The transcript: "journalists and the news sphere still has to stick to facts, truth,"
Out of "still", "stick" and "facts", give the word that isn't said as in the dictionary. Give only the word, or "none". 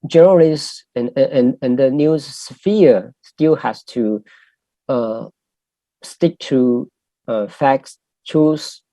none